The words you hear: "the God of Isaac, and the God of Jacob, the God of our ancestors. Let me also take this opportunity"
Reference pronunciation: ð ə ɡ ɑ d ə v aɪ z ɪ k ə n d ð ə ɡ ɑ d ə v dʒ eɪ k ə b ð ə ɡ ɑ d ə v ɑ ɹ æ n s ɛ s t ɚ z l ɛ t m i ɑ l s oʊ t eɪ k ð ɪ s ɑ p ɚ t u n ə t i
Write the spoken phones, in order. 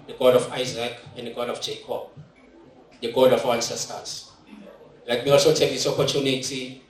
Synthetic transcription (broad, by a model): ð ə ɡ ɑ d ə f aɪ z ɪ k ə n d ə ɡ ɑ d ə f dʒ eɪ k ə b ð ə ɡ ɑ d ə f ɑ w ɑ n s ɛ s t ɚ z l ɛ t m i ɑ l s oʊ t eɪ k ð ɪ s ɑ p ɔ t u n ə t i